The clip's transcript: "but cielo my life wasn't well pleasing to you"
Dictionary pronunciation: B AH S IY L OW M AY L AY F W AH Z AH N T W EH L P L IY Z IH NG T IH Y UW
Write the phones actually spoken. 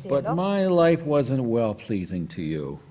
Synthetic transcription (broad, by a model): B AH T M AY L AY F W AH Z AH N T W EH L P L IY Z IH NG T IH Y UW